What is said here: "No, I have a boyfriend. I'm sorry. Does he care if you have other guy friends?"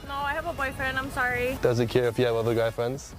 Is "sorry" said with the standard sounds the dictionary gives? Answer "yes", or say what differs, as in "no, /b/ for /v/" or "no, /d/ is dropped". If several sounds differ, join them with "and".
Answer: yes